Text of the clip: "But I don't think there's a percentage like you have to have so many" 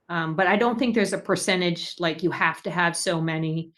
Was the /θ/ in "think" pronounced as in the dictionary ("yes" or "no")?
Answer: yes